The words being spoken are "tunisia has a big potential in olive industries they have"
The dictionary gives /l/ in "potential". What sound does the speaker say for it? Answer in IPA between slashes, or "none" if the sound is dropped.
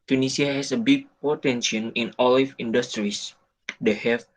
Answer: /n/